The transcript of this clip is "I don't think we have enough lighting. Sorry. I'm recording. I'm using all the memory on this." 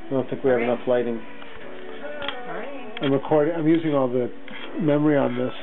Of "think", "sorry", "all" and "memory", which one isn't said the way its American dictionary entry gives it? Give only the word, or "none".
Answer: sorry